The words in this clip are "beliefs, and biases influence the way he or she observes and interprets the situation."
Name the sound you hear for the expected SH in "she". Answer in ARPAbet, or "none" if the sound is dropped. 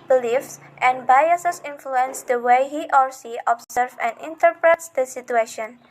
S